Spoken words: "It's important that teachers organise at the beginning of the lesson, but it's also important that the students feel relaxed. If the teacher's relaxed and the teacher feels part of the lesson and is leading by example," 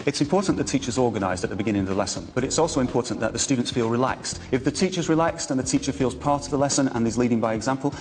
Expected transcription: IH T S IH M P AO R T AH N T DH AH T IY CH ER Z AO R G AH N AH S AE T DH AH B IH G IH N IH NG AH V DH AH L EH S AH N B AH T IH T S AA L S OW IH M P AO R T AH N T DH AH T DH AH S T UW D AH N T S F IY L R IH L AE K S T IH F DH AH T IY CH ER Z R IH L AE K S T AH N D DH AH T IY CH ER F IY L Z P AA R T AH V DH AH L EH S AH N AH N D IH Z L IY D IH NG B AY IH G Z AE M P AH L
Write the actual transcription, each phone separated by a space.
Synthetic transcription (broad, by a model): IH T S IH M P AO R T N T DH AH T IY CH ER Z AO R G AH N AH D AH T DH AH B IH G IH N IH NG AH V DH AH L EH S AH N B AH T IH T S AA L S OW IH M P AO R T N DH AH T DH AH S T UW D N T S F IY L R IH L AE K S T IH F DH AH T IY CH ER Z R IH L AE K S T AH N DH AH T IY CH ER F IY L Z P AA R T AH V DH AH L EH S AH N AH N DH IH Z L IY D IH NG B AY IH G Z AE M P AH L